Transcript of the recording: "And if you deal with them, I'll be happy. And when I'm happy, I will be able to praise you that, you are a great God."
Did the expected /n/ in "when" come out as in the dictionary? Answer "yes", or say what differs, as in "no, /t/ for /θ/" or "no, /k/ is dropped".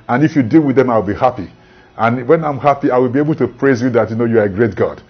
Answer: yes